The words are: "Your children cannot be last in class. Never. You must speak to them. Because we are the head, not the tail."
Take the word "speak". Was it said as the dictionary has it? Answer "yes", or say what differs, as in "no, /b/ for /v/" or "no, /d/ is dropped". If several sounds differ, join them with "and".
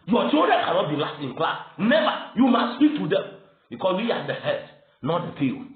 yes